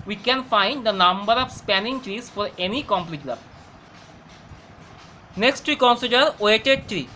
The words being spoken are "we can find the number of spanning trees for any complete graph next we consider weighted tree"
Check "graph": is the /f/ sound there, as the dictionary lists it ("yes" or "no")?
no